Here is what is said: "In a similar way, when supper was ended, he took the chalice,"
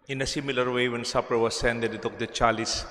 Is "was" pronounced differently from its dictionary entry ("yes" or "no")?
yes